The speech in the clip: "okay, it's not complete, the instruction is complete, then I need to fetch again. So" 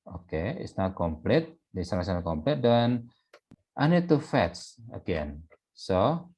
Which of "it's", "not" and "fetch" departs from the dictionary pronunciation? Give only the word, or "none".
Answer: fetch